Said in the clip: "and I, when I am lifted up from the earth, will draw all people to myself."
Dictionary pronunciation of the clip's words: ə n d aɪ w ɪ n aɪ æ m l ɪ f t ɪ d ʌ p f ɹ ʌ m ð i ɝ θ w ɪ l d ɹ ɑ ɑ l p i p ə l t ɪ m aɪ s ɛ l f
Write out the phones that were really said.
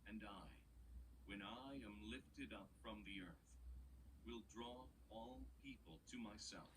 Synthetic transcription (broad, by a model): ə n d aɪ w ɪ n aɪ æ m l ɪ f t ɪ d ʌ p f ɹ ʌ m ð i ɝ θ w ɪ l d ɹ ɑ ɑ l p i p ə l t ɪ m aɪ s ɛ l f